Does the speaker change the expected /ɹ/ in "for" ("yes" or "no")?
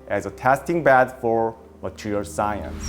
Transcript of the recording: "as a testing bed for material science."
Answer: no